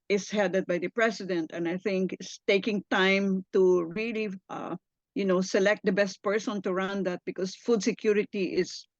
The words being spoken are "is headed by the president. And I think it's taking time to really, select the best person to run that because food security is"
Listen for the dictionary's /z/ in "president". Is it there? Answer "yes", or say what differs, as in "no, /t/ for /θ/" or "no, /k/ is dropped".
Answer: no, /s/ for /z/